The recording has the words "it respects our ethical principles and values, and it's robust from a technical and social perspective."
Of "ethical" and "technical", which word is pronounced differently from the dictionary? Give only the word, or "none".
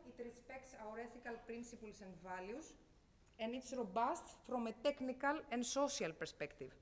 none